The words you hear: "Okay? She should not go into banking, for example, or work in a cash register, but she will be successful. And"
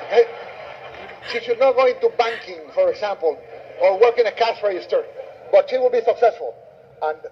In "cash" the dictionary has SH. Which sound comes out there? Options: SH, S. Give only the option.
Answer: S